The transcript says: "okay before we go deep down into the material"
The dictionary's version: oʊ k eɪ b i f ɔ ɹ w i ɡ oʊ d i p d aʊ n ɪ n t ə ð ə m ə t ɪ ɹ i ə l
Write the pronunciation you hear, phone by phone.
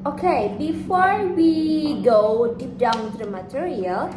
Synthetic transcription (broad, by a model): oʊ k eɪ b i f ɔ ɹ w i ɡ oʊ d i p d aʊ ɪ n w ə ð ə m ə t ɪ ɹ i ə l